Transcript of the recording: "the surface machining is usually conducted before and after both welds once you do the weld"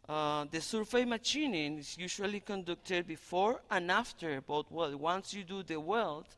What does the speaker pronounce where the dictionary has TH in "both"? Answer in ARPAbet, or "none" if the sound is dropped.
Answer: T